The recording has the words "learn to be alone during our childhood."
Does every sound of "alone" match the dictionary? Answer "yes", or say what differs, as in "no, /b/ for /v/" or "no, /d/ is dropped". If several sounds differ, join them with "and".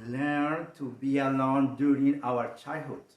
yes